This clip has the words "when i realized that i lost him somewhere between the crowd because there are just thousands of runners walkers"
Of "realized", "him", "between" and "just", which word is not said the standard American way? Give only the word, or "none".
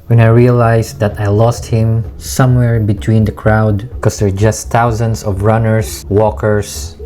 realized